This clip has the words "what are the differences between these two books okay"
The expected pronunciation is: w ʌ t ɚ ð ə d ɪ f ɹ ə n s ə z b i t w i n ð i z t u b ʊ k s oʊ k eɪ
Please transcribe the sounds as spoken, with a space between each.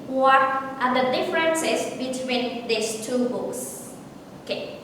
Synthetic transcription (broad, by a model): w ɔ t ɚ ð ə d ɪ f ɹ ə n s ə s b i t w i n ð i s t u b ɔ s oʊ k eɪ